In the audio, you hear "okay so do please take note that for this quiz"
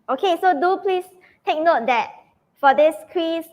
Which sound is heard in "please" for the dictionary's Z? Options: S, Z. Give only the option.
S